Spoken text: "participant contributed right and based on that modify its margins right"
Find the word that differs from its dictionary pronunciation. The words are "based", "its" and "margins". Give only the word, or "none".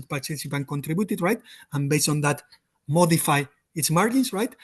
margins